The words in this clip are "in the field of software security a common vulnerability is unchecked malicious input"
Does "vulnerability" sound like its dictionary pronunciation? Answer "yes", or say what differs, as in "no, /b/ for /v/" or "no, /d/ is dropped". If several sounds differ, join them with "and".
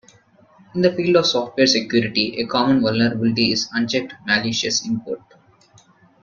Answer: yes